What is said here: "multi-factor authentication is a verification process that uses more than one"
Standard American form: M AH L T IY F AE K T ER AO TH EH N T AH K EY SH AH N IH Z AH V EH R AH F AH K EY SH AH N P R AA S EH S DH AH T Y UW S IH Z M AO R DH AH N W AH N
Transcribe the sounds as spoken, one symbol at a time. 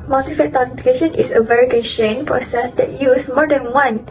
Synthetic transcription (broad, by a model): M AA L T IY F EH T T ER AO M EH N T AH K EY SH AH N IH S AH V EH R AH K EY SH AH N P R AA S EH S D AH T Y UW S M AO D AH N W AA N